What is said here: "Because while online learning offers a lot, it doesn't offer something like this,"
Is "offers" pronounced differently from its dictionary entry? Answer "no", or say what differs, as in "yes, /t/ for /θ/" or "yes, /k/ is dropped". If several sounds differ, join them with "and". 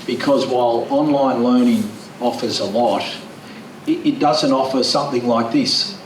no